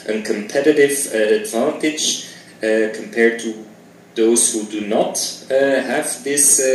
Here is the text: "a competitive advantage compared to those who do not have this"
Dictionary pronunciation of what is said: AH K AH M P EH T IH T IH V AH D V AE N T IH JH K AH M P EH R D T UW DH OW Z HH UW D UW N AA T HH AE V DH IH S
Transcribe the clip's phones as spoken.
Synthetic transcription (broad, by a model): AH K AH M P EH T IH T IH V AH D V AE N T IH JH K AH M P EH R D T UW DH OW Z HH UW D UW N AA T HH AE V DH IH S